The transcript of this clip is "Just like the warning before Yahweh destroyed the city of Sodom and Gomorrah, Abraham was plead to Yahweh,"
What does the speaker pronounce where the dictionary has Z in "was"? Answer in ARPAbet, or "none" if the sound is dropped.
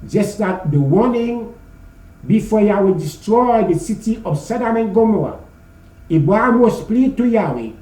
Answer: S